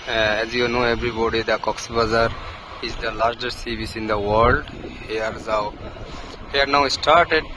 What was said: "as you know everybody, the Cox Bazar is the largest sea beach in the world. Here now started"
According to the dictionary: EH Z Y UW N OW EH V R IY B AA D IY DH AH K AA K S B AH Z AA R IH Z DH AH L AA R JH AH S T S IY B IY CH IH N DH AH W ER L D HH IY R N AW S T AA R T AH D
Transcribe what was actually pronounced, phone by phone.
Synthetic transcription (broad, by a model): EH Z Y UW N OW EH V R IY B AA D IY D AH K AA K S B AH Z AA R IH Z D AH L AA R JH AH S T S IY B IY S IH N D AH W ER L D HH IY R N AW S T AA R T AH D